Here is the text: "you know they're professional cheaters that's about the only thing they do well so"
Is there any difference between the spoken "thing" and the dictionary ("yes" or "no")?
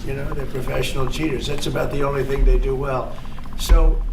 no